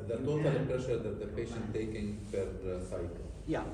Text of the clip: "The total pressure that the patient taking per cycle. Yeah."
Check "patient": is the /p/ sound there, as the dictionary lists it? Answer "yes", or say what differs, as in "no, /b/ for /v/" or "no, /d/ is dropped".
yes